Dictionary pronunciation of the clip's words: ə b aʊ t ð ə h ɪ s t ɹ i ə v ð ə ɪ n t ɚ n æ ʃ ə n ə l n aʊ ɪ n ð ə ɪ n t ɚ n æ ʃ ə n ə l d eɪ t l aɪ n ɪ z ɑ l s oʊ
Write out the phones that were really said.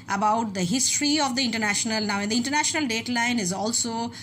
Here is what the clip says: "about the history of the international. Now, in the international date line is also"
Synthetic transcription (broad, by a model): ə b aʊ t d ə h ɪ s t ɹ i ə v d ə ɪ n t ɚ n æ ʃ ə n ə l n aʊ ɪ n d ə ɪ n t ɚ n æ ʃ ə n ə l d eɪ t l aɪ n ɪ z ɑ l s oʊ